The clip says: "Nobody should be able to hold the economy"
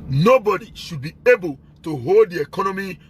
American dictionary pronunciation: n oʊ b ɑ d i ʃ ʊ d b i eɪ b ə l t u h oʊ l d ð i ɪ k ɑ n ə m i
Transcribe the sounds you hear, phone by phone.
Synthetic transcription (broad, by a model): n oʊ b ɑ d i ʃ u d b i eɪ b ə l t u h oʊ l d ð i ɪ k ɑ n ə m i